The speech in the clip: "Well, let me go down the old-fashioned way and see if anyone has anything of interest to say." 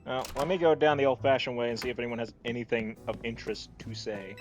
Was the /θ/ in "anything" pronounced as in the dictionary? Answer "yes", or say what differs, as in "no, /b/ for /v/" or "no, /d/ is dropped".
yes